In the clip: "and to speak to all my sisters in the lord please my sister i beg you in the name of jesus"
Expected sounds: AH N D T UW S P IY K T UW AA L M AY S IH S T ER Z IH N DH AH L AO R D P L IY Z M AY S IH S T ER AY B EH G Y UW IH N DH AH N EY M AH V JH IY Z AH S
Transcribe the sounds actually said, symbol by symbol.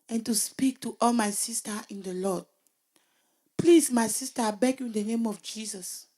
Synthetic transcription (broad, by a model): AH N T UW S P IY K T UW AA L M AY S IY S T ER IH N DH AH L AO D P L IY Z M AY S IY S T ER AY B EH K Y UW IH N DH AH N EY M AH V JH IY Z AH S